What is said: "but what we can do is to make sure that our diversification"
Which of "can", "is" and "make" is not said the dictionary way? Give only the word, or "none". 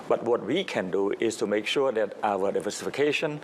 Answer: is